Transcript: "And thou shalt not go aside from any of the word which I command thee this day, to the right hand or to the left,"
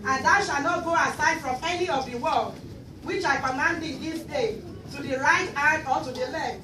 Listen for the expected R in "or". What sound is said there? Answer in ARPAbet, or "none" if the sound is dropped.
L